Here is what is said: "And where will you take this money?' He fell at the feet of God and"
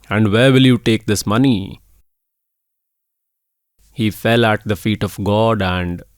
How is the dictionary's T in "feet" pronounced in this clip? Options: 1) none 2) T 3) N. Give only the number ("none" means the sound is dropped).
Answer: 2